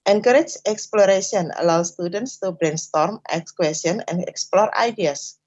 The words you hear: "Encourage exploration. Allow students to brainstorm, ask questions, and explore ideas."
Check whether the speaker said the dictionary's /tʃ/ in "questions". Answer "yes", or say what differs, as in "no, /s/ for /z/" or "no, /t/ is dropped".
no, /tʃ/ is dropped